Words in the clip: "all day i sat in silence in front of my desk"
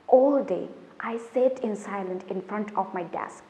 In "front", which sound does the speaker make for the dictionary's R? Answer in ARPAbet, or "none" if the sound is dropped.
R